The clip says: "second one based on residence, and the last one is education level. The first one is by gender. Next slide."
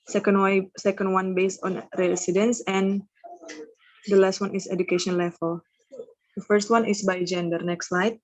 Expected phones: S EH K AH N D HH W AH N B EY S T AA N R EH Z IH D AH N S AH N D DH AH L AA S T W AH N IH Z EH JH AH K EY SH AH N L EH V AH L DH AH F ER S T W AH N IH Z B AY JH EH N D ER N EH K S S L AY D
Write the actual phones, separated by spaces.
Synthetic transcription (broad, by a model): S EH K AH N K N W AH N B EY S T AA N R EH S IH D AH N S AH N D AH L AA S T W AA N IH S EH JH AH K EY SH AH N L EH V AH L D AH F ER S T W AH N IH S B AY JH EH N D ER N EH K S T L AY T